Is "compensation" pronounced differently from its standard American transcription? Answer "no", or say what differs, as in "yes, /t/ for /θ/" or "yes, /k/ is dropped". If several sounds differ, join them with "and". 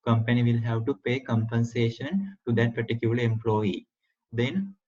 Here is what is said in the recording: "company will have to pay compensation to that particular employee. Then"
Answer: no